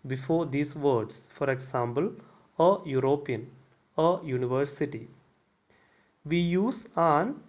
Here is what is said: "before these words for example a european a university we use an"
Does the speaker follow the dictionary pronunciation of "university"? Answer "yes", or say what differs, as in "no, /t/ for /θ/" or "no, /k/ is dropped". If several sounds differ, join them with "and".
yes